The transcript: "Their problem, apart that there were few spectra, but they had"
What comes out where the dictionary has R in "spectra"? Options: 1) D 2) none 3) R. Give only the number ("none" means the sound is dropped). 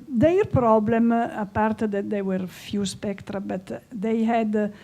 3